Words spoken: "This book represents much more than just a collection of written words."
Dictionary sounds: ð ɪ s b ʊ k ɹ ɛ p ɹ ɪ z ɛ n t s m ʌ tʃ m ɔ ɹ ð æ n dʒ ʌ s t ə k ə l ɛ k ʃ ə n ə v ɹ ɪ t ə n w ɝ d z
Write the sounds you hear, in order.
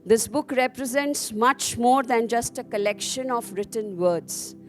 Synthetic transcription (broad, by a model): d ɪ s b ʊ k ɹ ɛ p ɹ ɪ z ɛ n t s m ʌ tʃ m ɔ ɹ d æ n dʒ ʌ s t ə k ə l ɛ k ʃ ə n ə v ɹ ɪ t ə n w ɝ d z